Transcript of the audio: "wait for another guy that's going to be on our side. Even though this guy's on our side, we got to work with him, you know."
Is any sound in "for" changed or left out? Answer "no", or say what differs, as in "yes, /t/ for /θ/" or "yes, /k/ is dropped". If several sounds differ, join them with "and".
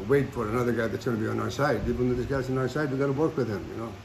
no